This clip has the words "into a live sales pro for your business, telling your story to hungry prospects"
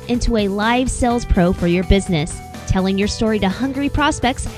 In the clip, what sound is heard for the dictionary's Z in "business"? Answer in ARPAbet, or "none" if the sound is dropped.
Z